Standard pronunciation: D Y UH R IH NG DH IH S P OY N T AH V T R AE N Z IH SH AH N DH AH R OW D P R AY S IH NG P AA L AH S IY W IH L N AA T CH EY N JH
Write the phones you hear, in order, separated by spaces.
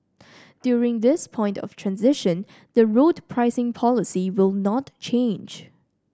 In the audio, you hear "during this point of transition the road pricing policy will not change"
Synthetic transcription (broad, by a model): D Y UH R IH NG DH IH S P OY N T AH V T R AE N Z IH SH AH N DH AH R OW D P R AY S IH NG P AA L AH S IY W IH L N AA T CH EY N JH